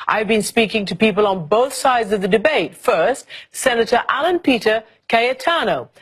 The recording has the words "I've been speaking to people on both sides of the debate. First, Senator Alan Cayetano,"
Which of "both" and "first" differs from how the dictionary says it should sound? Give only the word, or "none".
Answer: none